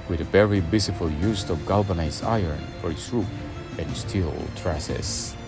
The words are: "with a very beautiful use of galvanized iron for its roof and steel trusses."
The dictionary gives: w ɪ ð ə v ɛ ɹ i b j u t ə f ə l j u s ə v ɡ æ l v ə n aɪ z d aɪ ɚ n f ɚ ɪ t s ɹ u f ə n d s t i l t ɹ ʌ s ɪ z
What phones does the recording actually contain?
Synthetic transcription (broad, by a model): w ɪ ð ə v ɛ ɹ i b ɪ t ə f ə l j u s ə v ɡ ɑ l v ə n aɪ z aɪ ɚ n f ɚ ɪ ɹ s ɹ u p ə n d s t i l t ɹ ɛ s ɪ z